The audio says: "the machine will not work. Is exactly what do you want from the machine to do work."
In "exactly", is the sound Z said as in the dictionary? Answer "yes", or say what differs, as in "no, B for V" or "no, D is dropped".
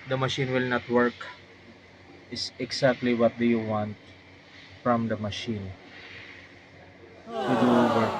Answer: no, S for Z